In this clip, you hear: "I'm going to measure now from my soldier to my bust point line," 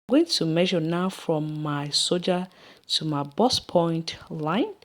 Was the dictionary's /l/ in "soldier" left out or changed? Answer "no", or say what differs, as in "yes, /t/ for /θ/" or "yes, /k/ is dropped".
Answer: yes, /l/ is dropped